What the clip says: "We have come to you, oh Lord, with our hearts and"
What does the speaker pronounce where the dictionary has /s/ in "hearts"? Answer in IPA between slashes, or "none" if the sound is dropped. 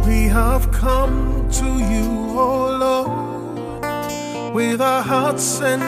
/s/